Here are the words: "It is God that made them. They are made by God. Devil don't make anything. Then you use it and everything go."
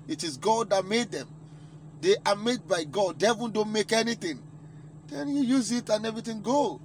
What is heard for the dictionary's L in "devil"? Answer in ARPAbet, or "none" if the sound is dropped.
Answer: N